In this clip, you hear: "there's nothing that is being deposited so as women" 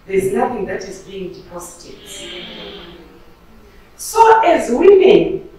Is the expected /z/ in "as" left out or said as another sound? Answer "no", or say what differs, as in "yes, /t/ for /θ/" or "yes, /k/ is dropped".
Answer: no